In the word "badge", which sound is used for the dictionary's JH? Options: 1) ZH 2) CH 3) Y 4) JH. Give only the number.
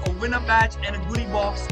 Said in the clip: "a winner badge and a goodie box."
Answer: 2